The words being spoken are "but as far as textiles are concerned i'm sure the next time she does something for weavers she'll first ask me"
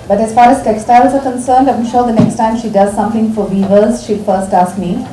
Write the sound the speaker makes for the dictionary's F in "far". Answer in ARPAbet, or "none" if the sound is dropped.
F